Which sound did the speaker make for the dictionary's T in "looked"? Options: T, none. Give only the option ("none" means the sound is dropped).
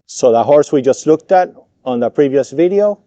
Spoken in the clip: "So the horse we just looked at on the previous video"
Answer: T